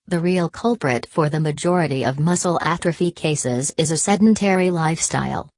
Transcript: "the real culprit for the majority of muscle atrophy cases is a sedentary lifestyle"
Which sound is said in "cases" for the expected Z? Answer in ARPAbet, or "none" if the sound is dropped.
Z